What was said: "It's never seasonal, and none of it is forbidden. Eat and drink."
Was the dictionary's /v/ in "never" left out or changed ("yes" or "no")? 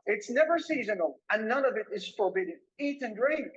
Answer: no